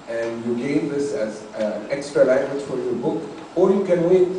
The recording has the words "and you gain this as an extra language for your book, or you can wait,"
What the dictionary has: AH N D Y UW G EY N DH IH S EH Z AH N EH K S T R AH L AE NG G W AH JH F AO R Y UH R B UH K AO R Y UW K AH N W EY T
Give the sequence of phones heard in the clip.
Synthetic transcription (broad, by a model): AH N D Y UW G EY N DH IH S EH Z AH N EH K S T R AH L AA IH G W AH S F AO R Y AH B UH K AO L Y UW K AH N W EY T